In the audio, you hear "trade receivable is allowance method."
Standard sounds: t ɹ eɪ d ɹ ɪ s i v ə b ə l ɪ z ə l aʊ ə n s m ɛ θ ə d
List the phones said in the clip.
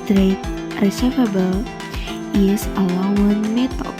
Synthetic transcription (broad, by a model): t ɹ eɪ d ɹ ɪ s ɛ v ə b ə l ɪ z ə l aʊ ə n m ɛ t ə